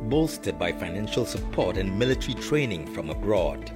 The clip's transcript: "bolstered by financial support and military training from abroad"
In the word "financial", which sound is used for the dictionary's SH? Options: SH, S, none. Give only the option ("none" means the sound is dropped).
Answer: SH